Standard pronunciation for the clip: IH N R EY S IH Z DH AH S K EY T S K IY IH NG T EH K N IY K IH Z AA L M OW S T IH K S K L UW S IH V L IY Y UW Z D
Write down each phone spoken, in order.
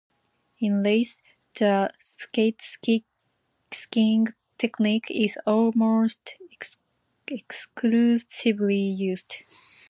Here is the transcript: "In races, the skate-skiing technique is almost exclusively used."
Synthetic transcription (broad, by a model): IH N L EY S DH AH S K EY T S K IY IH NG T EH K N IY K IH Z AA L M OW S T IH K S K L UW S IH V L IY Y UW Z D